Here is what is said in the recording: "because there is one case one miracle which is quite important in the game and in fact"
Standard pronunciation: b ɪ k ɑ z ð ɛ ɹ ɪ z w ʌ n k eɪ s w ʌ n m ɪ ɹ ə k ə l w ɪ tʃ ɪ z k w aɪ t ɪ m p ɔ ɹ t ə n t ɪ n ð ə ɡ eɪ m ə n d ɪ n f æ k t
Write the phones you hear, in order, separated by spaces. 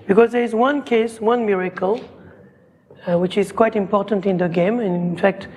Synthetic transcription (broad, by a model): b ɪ k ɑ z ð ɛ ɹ ɪ z w ʌ n k eɪ s w ʌ n m ɪ ɹ ə k ə l w ɪ tʃ ɪ z k w aɪ t ɪ m p ɔ ɹ t ə n t ɪ n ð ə ɡ eɪ m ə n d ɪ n f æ k t